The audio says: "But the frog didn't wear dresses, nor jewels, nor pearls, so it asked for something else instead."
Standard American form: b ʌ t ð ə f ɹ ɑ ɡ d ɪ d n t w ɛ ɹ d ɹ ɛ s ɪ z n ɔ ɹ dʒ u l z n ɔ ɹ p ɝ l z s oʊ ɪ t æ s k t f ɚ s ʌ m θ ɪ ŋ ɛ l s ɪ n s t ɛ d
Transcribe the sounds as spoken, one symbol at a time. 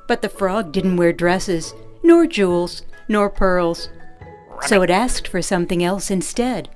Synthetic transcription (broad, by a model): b ʌ t ð ə f ɹ ɑ ɡ d ɪ d n t w ɛ ɹ d ɹ ɛ s ɪ z n ɔ ɹ dʒ u l z n ɔ ɹ p ɝ l z s oʊ ɪ t æ s k t f ɚ s ʌ m θ ɪ ŋ ɛ l s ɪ n s t ɛ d